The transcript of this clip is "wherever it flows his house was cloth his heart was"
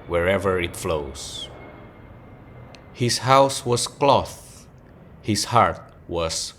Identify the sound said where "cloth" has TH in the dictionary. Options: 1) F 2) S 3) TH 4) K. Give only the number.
3